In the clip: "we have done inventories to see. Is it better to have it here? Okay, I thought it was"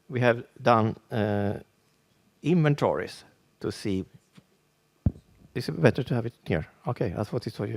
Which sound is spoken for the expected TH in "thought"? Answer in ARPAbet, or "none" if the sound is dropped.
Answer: F